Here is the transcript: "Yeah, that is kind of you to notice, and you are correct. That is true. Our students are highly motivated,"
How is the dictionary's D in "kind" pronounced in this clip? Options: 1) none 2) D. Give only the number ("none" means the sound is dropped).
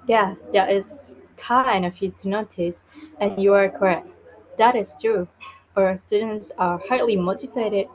1